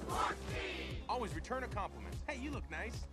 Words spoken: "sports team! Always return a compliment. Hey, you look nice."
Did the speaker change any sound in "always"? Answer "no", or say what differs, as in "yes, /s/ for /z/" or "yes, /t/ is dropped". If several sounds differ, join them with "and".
no